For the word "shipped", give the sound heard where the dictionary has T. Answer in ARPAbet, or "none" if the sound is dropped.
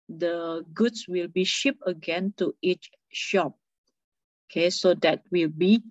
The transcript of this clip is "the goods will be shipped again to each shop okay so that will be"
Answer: none